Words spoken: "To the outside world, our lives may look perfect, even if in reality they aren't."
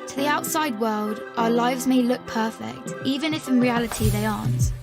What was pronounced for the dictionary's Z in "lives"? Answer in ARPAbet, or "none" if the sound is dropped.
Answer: Z